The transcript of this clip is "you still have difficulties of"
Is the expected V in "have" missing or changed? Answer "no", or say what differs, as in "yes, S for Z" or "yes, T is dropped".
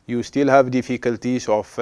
no